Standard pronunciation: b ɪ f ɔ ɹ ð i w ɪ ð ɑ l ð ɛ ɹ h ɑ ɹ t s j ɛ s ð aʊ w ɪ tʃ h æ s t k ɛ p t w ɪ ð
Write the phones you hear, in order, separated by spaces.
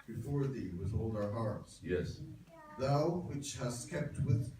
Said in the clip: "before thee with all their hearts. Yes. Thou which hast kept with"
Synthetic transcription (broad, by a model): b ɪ f ɔ ɹ ð i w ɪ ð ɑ l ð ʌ ɹ h ɑ ɹ t s j ɛ s ð aʊ w ɪ tʃ h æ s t k ɛ p t w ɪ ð